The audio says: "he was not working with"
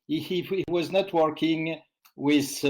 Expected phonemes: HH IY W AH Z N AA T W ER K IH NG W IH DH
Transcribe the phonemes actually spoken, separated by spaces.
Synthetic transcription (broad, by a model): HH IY W AH Z N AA T W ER K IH NG W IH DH